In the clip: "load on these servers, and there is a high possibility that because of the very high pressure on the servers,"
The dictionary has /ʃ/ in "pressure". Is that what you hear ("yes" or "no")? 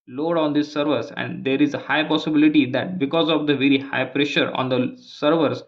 yes